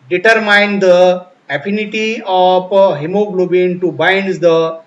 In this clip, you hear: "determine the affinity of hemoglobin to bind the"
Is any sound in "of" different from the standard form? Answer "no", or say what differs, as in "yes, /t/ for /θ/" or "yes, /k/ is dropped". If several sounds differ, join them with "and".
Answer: yes, /p/ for /v/